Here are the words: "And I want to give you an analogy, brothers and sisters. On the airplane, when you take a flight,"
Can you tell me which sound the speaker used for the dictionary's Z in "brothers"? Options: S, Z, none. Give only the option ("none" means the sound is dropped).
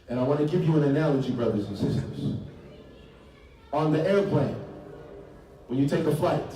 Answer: Z